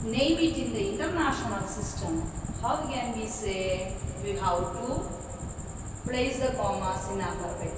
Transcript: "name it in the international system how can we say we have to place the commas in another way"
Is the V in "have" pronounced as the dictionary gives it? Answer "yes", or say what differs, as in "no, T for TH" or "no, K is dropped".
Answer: no, W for V